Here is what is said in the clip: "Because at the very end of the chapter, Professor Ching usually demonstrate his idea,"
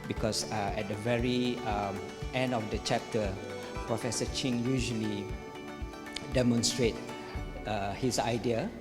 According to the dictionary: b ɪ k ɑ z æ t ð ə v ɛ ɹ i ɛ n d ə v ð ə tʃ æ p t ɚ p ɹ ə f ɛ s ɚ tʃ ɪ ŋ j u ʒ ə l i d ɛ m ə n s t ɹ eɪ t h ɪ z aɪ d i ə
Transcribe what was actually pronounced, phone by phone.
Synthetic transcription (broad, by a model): b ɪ k ɑ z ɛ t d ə v ɛ ɹ i ɛ n d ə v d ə tʃ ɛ p t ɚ p ɹ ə f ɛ s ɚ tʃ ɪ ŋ j u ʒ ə l i d ɛ m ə n s t ɹ eɪ t h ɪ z aɪ d i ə